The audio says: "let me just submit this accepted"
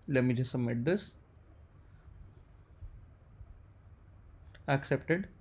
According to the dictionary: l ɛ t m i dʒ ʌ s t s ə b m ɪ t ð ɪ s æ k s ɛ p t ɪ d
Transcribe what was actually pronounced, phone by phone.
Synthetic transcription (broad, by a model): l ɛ m i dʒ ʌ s s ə m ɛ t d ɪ s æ k s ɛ p t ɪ d